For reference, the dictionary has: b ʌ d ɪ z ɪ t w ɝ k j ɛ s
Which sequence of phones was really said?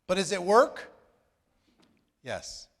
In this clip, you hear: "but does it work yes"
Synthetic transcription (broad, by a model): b ʌ d ɪ z ɪ t w ɝ k j ɛ s